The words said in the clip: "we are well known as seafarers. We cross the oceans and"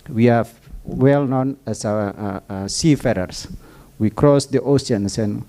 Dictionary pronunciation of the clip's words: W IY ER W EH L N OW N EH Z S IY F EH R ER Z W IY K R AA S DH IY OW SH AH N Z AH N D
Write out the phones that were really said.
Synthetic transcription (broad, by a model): W IY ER W EH L N OW N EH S S IY F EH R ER S W IY K R AA S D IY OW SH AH N S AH N